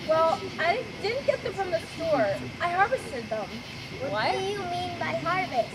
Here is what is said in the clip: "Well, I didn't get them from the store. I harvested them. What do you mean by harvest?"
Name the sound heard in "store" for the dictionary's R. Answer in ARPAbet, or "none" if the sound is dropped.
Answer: R